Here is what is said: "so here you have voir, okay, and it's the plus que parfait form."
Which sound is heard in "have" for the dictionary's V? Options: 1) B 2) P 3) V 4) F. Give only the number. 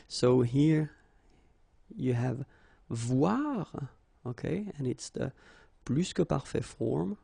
3